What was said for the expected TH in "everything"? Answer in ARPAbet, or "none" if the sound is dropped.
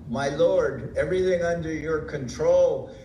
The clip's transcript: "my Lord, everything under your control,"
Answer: TH